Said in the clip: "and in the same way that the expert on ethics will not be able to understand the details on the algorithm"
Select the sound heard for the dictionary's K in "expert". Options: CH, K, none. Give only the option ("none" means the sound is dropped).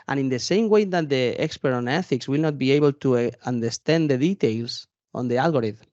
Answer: K